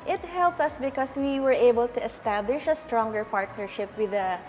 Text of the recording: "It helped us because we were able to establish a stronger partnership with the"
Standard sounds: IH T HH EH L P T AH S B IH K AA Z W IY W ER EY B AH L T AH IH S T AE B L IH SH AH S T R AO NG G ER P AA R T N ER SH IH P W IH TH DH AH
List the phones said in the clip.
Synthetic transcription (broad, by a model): IH T HH EH L P T AH S B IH K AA S W IY W ER EY B AH L T AH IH S T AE B L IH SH AH S T R AO NG G ER P AA R T N ER SH IH P W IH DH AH